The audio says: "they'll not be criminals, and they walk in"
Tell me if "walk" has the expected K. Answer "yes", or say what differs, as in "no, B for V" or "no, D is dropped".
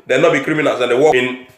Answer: no, K is dropped